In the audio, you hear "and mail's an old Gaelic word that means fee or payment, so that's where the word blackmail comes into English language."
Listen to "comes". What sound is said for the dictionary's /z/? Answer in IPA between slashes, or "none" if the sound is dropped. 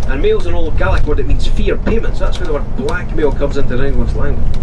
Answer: /z/